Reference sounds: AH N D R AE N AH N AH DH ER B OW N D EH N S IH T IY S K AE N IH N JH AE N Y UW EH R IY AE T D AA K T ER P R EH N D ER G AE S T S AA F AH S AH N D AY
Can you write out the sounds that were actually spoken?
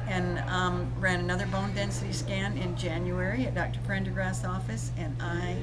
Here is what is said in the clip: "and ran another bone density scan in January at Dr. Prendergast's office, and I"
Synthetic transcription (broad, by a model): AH N R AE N AH N AH DH ER B OW N D EH N S IH T IY S K AE N IH N JH AE N Y UW EH R IY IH T D AA K T ER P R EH N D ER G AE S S AA F AH S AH N AY